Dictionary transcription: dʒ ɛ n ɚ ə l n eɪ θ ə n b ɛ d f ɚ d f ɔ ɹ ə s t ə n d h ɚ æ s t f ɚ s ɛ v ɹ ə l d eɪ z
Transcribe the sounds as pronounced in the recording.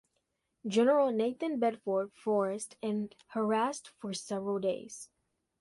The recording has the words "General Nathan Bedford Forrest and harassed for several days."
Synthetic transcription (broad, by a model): dʒ ɛ n ɚ ə l n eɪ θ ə n b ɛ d f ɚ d f ɔ ɹ ə s t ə n h ɚ æ s t f ɚ s ɛ v ɹ ə l d eɪ z